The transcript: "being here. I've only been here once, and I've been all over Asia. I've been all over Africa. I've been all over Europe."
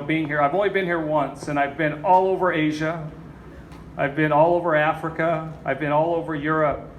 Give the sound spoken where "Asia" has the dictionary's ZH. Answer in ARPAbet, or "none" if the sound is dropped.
ZH